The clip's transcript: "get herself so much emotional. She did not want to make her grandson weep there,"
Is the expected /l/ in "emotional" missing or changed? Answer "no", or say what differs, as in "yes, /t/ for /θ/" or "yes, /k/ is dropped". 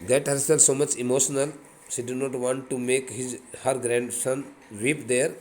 no